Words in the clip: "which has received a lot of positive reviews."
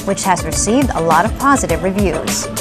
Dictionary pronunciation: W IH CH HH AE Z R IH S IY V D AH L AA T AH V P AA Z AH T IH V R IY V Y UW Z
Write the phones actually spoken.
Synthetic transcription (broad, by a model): W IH CH HH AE Z R IH S IY V D AH L AA T AH V P AA Z AH T IH V R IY V Y UW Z